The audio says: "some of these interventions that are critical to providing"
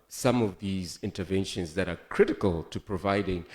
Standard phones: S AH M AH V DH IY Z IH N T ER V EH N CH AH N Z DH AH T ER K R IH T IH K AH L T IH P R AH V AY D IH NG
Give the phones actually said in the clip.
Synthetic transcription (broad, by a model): S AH M AH V DH IY Z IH N T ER V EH N SH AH N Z DH AH T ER K R IH T IH K AH L T IH P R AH V AY D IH NG